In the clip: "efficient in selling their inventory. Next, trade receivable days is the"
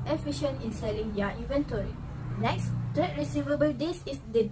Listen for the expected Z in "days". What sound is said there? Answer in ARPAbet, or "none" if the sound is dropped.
S